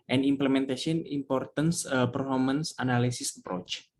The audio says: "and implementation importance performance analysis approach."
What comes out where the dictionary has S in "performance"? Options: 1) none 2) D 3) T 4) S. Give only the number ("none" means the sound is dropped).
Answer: 4